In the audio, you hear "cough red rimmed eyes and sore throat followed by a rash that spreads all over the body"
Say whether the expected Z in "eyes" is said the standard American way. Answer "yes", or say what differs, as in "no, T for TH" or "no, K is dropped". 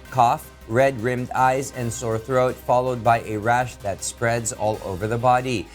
yes